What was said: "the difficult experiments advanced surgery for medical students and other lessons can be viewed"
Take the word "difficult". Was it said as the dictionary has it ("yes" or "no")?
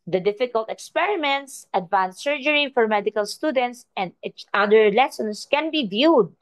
yes